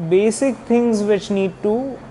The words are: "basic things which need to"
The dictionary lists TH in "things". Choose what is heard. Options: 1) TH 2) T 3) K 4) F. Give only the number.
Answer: 2